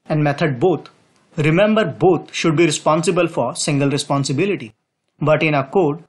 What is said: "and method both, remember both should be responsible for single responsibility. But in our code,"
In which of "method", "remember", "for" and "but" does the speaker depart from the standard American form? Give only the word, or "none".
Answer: method